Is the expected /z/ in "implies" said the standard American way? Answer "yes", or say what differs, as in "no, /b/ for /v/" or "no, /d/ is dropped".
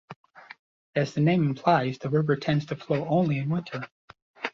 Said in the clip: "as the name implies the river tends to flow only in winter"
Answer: yes